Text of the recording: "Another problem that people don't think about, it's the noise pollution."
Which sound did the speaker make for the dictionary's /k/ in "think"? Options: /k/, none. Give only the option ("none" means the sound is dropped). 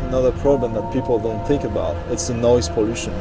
/k/